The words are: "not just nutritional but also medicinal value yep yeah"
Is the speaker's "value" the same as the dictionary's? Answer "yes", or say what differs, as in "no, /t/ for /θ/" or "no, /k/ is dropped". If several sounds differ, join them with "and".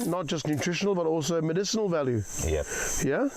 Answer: yes